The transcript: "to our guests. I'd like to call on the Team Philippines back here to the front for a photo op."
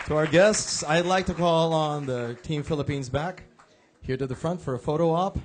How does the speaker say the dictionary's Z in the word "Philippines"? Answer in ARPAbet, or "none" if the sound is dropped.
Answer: Z